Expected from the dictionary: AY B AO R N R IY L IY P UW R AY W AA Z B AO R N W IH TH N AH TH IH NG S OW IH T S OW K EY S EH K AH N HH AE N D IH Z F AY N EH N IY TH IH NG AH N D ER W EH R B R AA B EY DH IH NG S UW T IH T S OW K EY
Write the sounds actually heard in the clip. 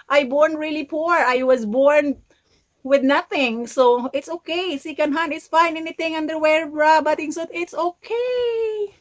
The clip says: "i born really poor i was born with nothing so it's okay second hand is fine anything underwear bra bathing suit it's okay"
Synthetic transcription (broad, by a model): AY B AO R N R IY L IY P UW R AY W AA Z B AO R N W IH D N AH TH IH NG S OW IH T S OW K EY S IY K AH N HH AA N IH S F AY N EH N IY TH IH NG AH N D ER W EH R B R AA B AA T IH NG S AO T IH T S OW K EY